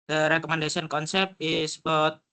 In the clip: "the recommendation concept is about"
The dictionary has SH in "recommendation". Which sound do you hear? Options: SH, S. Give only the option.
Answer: S